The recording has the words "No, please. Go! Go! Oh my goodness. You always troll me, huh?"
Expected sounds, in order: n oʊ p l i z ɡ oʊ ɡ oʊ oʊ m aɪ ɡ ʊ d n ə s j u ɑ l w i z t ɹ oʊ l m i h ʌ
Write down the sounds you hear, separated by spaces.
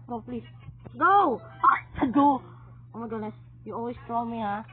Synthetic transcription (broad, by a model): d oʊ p l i s ɡ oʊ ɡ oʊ oʊ m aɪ ɡ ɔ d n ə s j u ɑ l w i s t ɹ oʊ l m i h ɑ